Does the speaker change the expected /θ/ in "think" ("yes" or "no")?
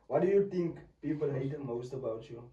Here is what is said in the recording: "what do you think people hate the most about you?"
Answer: yes